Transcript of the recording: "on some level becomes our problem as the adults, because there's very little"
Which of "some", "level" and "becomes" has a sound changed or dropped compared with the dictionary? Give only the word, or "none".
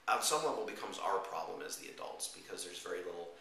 level